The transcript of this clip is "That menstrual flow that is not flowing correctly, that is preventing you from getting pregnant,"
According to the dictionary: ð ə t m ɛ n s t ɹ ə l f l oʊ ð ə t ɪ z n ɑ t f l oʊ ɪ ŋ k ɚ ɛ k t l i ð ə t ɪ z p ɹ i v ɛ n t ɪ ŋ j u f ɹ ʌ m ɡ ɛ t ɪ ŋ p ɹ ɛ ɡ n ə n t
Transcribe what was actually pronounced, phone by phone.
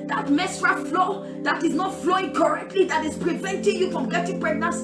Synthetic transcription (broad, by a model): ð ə t m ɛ s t ɹ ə f l oʊ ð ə t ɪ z n ɑ t f l oʊ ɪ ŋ k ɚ ɛ k t l i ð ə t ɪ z p ɹ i v ɛ n t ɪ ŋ j u f ɹ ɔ m ɡ ɛ t ɪ ŋ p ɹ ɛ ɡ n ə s